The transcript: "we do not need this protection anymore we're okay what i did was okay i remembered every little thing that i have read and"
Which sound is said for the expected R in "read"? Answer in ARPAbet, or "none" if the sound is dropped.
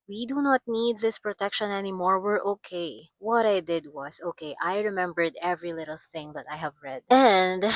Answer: R